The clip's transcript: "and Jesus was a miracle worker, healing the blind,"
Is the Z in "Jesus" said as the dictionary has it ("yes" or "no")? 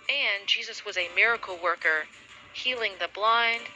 yes